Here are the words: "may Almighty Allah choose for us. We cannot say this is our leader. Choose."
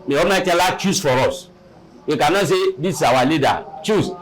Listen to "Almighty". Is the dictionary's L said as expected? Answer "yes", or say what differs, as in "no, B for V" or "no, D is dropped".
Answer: no, L is dropped